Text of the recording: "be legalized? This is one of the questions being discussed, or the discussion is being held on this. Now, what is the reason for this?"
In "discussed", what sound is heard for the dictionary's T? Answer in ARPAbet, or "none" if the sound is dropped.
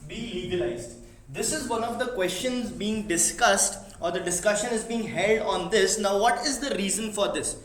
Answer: T